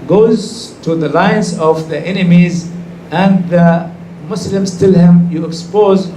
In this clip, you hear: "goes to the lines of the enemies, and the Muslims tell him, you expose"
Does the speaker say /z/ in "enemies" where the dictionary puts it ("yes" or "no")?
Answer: yes